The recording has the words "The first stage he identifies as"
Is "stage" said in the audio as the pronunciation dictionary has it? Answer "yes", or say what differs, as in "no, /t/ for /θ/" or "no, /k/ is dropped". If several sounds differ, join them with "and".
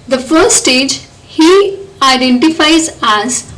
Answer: yes